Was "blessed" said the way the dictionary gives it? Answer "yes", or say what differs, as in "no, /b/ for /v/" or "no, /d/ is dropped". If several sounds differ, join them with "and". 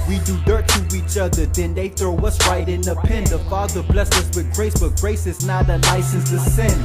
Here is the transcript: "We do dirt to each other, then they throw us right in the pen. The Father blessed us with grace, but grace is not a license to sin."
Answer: no, /t/ is dropped